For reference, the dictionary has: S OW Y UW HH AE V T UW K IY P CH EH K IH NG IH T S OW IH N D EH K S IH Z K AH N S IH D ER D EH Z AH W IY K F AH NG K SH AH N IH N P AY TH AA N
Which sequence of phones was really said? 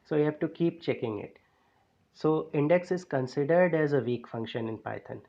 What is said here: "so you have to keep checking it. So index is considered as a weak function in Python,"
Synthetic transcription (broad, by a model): S OW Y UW HH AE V T UW K IY P CH EH K IH NG IH T S OW IH N D EH K S IH Z K AH N S IH D ER D EH Z AH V IY K F AH NG K SH AH N IH N P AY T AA N